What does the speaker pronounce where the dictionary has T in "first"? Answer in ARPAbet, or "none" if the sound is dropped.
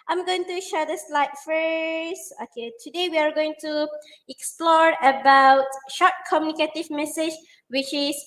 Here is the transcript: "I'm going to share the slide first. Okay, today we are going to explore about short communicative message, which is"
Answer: none